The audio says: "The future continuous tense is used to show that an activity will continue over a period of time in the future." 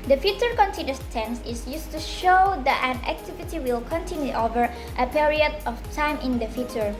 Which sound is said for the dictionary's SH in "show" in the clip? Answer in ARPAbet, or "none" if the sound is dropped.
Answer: SH